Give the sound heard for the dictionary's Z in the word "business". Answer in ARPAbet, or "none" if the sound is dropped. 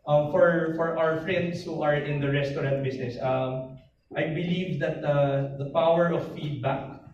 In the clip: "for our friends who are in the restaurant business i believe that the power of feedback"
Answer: S